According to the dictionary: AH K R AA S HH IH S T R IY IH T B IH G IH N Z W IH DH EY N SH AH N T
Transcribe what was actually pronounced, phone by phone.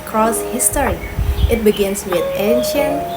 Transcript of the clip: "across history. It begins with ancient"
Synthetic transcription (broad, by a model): K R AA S HH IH S T R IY IH T B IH G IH N S W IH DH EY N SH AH N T